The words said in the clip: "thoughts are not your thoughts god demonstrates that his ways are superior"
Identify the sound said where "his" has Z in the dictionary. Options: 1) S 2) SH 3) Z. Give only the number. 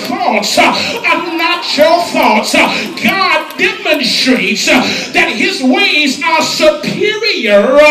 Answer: 3